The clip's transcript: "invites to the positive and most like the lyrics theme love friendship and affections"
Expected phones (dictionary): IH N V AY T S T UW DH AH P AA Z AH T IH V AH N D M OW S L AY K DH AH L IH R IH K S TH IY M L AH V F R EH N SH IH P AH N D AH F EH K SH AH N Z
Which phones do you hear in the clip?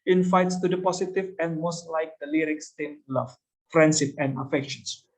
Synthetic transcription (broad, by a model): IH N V AY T S T UW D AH P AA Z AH T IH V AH N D M OW S L AY K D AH L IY R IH K S T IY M L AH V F R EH N S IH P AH N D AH F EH K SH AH N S